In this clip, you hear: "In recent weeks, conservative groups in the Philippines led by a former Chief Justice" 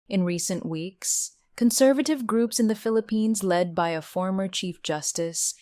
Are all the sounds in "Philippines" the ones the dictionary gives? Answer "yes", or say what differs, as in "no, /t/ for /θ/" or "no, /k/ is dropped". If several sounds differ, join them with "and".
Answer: yes